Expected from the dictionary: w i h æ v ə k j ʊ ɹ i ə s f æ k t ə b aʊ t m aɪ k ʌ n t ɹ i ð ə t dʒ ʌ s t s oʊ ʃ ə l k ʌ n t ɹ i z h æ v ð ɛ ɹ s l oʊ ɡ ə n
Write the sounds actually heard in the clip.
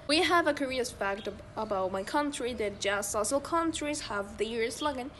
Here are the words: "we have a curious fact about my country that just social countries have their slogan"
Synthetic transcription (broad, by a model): w i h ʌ v ə k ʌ ɹ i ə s f æ k t ə b aʊ t m aɪ k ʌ n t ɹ i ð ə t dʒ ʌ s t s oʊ s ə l k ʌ n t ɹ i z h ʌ v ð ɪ ɹ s l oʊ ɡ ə n